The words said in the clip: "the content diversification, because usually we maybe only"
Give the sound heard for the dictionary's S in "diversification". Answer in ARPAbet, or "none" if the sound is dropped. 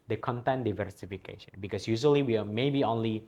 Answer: S